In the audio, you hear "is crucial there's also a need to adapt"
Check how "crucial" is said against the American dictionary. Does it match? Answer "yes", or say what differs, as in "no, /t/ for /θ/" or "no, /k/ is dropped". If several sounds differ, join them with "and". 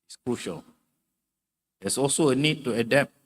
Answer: yes